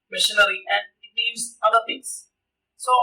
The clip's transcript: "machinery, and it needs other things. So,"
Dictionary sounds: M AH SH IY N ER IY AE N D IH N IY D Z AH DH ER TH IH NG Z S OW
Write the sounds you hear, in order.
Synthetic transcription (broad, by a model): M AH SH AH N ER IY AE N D IH L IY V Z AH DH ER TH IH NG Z S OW